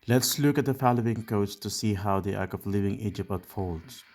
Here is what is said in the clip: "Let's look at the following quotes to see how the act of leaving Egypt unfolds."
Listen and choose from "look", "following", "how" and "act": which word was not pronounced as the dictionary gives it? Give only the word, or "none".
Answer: act